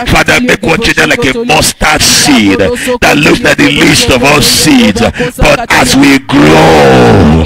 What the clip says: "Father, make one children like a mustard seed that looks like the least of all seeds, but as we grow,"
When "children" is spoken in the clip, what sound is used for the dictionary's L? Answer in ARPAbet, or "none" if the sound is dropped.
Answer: none